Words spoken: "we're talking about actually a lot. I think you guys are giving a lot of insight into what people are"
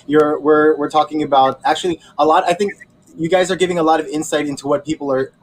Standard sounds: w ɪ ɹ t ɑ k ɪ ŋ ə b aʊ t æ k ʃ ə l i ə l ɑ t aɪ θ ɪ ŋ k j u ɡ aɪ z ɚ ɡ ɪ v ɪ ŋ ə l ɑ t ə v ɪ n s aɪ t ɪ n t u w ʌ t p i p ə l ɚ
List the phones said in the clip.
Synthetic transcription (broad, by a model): w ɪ ɹ t ɑ k ɪ ŋ ə b aʊ t æ k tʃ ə l i ə l ɑ t aɪ θ ɪ ŋ k j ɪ ɡ aɪ z ɚ ɡ ɪ v ɪ ŋ ə l ɑ t ə v ɪ n s aɪ t ɪ n t u w ʌ t p i p l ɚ